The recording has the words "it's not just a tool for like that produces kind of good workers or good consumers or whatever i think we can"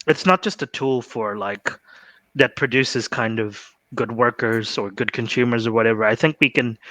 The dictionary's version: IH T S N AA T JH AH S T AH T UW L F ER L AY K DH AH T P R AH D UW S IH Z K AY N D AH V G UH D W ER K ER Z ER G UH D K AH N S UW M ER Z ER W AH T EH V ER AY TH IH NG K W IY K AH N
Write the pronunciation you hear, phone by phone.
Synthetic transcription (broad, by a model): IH T S N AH T JH AH S T AH T UW L F ER L AY K DH AH T P R AH D UW S IH Z K AY N D AH V G UH D W ER K ER Z ER G UH D K AH N S UW M ER Z ER W AH T EH V ER AY TH IH NG K W IY K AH N